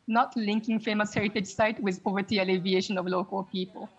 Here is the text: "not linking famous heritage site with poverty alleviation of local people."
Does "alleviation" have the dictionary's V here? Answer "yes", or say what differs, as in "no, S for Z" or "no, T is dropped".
yes